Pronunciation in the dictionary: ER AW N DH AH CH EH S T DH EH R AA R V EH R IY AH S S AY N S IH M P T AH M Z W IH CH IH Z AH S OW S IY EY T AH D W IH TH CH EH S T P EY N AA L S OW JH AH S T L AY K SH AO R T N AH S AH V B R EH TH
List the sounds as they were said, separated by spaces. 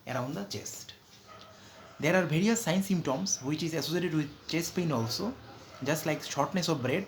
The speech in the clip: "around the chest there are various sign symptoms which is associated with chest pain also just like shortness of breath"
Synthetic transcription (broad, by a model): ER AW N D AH CH EH S T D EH R AA R B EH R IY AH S S AY N S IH M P T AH M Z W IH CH IH Z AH S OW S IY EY T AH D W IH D CH EH S T P EY N AA L S OW JH AH S T L AY K SH AO R T N AH S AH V B R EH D